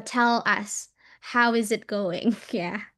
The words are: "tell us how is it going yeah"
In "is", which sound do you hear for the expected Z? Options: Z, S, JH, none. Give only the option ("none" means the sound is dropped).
Z